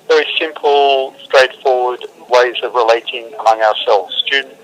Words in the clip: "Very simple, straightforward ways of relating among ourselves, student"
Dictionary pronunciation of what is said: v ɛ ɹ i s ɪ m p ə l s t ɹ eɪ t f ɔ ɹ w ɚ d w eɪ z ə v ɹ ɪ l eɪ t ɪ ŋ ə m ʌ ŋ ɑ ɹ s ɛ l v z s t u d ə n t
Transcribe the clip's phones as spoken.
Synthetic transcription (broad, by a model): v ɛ ɹ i s ɪ m p ə l s t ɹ eɪ t f ɔ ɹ w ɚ d w eɪ z ə v ɹ ɪ l eɪ t ɪ ŋ ə m ʌ ŋ ɑ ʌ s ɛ l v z s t u d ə n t